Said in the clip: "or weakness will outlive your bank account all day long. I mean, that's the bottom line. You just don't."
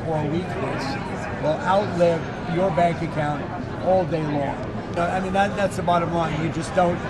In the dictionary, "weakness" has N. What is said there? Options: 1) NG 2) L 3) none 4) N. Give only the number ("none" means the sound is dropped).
2